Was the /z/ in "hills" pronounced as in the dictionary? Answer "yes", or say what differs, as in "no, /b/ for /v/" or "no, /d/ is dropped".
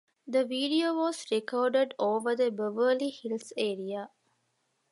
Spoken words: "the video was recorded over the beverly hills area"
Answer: no, /z/ is dropped